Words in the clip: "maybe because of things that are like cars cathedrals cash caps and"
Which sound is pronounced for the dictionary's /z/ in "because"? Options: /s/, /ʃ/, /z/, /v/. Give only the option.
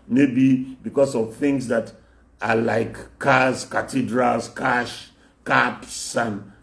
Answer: /s/